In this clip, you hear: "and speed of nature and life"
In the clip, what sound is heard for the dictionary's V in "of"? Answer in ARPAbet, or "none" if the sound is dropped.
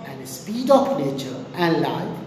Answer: P